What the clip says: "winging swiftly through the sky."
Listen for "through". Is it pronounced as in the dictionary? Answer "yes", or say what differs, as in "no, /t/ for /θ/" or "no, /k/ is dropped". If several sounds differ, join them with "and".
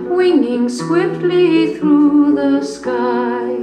yes